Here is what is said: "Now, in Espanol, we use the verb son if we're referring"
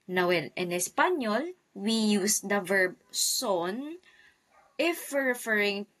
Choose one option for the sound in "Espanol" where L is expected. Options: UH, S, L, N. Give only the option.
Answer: L